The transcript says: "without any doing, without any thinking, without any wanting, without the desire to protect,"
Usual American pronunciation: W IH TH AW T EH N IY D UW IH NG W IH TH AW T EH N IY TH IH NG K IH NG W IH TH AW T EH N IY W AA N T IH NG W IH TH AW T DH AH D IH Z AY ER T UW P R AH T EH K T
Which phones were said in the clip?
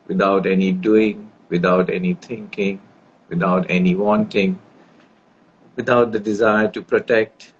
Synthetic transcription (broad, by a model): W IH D AW T EH N IY D UW IH NG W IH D AW T EH N IY T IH NG K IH NG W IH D AW T EH N IY W AA N T IH NG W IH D AW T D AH D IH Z AY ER T UW P R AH T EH K T